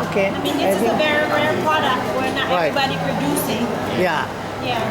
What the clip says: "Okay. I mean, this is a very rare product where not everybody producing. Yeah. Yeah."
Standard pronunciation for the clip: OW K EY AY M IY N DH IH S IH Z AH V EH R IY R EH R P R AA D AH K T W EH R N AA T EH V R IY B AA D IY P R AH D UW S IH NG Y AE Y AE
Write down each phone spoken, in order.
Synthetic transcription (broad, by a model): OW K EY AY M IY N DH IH IH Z AH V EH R R EH R P R AA D AH K T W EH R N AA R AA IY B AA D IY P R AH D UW S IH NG Y AE Y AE